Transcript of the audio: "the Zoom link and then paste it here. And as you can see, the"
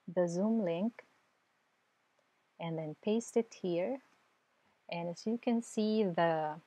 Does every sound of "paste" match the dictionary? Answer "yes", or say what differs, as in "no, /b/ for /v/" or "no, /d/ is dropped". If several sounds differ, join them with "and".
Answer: yes